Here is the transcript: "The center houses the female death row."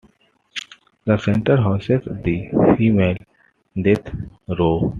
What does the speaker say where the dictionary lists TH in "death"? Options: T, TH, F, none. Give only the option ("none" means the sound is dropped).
T